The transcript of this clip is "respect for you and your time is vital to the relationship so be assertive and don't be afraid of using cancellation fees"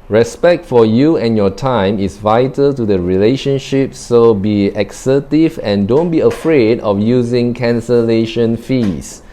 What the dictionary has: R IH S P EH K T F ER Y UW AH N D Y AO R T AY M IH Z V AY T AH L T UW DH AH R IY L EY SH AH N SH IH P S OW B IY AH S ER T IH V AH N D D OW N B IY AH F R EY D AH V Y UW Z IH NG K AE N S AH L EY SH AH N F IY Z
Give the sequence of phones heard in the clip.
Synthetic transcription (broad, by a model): R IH S P EH K T F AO Y UW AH N Y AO T AY M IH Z V AY T AH L T UW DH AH R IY L EY SH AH N SH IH P S OW B IY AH S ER T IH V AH N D D OW N B IY AH F R EY D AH F Y UW Z IH NG K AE N S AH L EY SH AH N F IY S